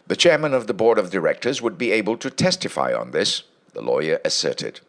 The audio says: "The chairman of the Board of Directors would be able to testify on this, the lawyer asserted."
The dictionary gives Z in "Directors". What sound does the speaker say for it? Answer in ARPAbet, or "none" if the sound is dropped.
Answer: Z